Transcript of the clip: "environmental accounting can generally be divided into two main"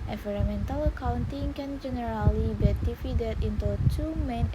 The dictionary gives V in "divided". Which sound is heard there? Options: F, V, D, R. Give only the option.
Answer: F